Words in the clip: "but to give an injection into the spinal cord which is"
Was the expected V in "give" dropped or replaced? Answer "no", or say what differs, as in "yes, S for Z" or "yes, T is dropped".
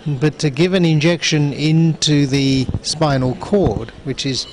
no